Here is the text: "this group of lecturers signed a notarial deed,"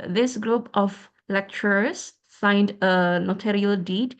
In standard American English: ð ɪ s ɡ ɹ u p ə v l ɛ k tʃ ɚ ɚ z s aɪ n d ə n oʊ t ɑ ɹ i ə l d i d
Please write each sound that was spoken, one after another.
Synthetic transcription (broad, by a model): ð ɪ s ɡ ɹ u p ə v l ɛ k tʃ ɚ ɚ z s aɪ n d ə n oʊ t ɑ ɹ i ə l d i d